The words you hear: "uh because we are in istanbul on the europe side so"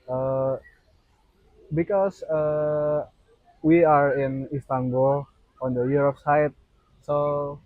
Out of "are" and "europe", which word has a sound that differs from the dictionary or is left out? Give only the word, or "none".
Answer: europe